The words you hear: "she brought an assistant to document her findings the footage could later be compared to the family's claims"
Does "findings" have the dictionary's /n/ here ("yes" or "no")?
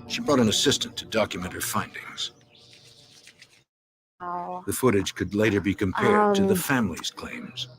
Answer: yes